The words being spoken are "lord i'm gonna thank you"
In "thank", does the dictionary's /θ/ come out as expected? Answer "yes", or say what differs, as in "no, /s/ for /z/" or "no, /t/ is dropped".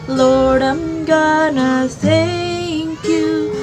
no, /s/ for /θ/